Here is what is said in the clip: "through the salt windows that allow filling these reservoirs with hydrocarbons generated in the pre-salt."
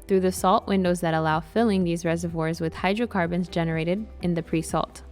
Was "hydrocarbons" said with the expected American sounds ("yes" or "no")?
yes